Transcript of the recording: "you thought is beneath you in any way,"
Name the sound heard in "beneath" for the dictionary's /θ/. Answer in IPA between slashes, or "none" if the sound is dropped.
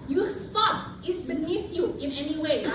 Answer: /θ/